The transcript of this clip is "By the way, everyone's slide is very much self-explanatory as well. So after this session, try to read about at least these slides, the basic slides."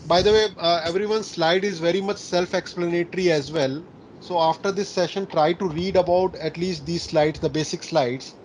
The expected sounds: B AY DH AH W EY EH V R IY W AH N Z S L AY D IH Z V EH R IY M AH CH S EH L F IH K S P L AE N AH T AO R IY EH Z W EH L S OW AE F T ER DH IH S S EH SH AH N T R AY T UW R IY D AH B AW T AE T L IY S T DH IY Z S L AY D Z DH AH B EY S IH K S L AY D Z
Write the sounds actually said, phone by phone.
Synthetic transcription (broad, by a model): B AY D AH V EY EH V R IY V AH N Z S L AY D IH Z V EH R IY M AH CH S EH L F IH K S P L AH N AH T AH R IY EH Z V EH L S OW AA F T ER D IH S S EH SH AH N T R AY T UW R IY D AH B AW T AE T L IY S T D IY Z S L AY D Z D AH B EY S IH K S L AY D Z